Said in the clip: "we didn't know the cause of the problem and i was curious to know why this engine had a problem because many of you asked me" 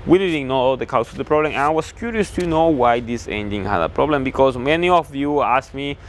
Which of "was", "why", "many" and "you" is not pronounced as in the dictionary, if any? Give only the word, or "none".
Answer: was